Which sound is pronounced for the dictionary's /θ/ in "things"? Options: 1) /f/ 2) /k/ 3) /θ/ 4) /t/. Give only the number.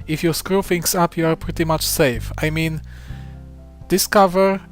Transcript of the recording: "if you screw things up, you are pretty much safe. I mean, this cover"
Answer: 1